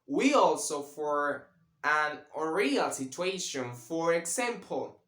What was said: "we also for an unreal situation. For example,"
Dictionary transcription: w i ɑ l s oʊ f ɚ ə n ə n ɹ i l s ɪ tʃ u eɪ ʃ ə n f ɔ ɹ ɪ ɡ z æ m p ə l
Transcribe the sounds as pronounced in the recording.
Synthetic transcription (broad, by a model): w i ɑ l s oʊ f ɚ ə n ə ɹ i l s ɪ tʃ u eɪ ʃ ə n f ɔ ɹ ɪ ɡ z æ m p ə l